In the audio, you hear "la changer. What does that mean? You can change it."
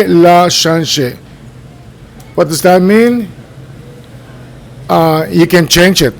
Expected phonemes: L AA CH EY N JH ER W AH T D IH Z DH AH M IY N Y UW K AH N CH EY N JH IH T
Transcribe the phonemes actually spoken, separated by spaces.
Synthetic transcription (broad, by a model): L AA SH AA N SH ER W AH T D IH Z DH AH M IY N Y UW K AH N CH EY N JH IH T